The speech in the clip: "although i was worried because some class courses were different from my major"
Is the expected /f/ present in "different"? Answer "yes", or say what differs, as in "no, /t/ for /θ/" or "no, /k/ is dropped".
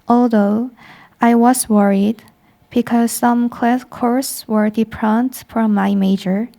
no, /p/ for /f/